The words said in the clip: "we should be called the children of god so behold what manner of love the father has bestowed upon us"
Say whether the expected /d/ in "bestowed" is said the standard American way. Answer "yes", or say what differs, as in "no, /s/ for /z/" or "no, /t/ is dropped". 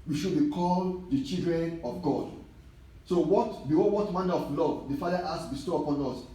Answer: no, /d/ is dropped